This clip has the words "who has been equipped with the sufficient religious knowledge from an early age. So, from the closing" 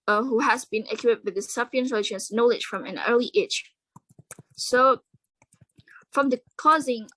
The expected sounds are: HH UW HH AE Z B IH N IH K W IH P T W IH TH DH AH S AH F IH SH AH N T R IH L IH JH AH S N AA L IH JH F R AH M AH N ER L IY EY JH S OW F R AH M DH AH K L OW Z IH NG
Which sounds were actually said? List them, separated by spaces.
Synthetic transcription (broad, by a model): HH UW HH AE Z B IH N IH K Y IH T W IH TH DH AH S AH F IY AH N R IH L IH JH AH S N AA L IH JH F R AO M AH N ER L IY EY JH S OW F R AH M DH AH K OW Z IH NG